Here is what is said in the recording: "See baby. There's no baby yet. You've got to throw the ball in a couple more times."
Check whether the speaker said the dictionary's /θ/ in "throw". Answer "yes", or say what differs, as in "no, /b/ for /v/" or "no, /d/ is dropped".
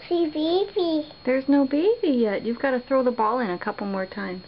yes